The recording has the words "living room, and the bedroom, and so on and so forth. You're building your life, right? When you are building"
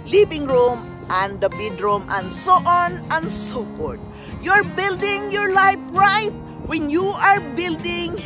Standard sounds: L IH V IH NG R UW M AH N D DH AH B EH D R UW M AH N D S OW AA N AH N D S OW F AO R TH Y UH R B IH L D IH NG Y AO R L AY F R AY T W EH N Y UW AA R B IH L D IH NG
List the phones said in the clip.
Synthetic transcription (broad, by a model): L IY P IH NG R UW M AH N D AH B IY D R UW M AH N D S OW AA N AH N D S OW P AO R T Y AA R B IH L D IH NG Y AO R L AY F R AY T W EH N Y UW AA R B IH L D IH NG